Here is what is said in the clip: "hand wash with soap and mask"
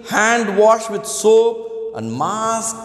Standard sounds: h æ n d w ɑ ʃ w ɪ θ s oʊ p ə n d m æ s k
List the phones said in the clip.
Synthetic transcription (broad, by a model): h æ n d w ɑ ʃ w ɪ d s oʊ ə n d m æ s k